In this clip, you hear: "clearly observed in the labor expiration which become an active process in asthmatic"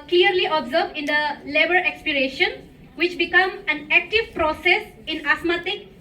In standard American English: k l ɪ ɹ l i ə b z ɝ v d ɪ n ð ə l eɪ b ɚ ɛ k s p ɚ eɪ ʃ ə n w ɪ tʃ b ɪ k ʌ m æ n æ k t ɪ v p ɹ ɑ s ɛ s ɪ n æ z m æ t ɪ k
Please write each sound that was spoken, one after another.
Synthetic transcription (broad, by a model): k l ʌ ɹ l i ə b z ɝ b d ɪ n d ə l eɪ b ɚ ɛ k s p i eɪ ʃ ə n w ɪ tʃ b ɪ k ʌ m æ n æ k t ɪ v p ɹ ɑ s ɛ s ɪ n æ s m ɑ t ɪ k